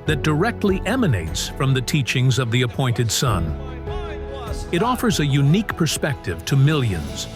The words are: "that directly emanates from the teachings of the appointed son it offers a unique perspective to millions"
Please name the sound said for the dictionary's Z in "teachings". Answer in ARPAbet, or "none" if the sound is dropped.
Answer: Z